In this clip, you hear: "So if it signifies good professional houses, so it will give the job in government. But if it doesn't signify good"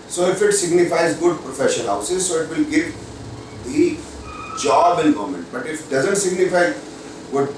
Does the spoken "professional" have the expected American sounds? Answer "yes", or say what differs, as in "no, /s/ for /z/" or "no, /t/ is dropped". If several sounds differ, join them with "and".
no, /n/ is dropped and /n/ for /l/